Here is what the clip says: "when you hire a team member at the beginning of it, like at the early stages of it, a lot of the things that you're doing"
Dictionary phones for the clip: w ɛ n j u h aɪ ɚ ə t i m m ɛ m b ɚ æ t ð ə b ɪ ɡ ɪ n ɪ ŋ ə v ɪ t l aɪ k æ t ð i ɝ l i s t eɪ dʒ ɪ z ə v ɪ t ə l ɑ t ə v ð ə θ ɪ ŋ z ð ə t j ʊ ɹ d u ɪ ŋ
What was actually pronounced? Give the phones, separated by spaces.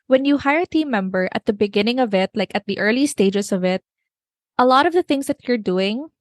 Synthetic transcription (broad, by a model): w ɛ n j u h aɪ ɚ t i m m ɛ m b ɚ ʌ t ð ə b ɪ ɡ ɪ n ɪ ŋ ə v ɪ t l aɪ k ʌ t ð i ɝ l i s t eɪ dʒ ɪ s ə v ɪ t ə l ɑ t ə v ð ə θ ɪ ŋ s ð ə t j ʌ ɹ d u ɪ ŋ